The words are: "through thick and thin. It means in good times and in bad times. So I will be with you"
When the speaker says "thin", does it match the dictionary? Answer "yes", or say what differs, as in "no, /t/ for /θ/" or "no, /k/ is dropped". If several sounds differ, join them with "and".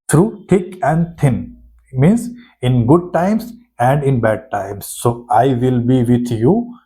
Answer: no, /t/ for /θ/